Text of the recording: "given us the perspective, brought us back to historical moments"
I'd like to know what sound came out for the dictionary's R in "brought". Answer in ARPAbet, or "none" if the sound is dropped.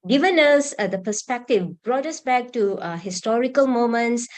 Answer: R